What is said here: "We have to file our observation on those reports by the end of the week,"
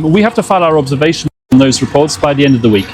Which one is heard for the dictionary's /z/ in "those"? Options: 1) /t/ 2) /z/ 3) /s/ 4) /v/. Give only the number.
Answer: 2